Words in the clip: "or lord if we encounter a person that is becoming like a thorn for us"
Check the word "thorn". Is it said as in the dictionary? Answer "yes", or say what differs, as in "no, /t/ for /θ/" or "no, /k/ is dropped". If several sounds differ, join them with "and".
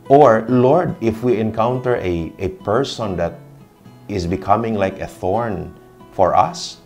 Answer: yes